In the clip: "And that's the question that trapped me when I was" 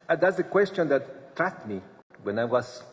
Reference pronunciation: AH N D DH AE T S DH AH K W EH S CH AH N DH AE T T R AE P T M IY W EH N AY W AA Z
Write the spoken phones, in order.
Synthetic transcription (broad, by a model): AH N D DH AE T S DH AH K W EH S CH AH N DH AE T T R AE T M IY W EH N AY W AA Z